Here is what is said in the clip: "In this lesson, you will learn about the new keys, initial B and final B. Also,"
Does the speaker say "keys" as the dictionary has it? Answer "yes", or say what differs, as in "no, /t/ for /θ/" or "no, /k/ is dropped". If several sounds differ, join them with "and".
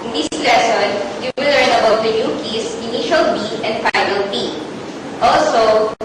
no, /s/ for /z/